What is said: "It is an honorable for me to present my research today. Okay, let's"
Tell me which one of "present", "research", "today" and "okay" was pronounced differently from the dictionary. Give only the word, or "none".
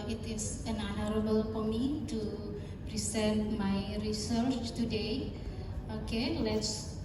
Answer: present